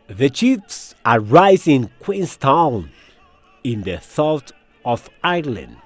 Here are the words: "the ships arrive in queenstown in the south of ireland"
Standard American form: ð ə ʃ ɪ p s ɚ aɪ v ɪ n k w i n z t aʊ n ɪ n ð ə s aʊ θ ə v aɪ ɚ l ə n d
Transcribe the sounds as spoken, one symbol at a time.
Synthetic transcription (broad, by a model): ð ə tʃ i f s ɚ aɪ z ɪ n k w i n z t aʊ n ɪ n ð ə s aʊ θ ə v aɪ l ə n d